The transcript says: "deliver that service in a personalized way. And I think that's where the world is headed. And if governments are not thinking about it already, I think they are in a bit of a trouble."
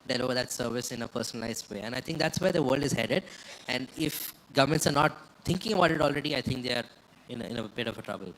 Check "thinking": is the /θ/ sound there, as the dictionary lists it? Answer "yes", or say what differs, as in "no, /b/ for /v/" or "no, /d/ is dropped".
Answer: no, /t/ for /θ/